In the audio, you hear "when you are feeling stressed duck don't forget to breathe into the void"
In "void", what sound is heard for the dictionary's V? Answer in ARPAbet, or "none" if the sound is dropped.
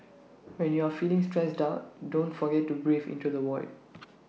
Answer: W